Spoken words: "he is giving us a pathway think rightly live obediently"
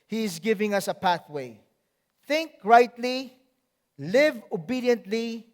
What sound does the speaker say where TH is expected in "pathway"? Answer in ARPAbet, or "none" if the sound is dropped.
TH